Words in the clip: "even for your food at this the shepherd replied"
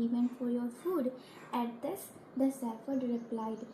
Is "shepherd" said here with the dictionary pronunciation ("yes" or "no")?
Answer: no